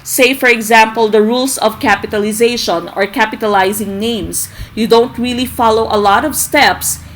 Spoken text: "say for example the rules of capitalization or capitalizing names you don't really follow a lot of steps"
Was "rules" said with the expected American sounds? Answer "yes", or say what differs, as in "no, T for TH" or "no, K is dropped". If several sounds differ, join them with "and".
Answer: no, S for Z